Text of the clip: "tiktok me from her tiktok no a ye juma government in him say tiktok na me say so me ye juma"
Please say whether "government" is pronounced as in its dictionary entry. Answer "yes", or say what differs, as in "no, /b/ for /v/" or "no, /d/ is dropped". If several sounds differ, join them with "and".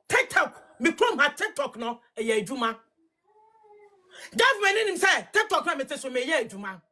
no, /t/ is dropped